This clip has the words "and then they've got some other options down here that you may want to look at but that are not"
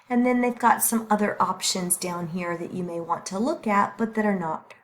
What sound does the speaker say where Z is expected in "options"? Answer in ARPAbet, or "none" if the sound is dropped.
Z